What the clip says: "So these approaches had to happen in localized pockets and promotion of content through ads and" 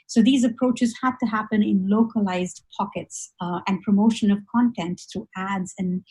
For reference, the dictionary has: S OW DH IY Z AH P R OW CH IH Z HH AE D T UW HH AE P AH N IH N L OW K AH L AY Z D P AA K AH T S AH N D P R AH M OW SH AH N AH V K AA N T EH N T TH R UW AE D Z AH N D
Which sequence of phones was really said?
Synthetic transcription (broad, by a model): S OW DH IY Z AH P R OW CH IH Z HH AE D T UW HH AE P AH N IH N L OW K AH L AY Z D P AA K AH T S AH N D P R AH M OW SH AH N AH V K AA N T EH N T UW AE D Z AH N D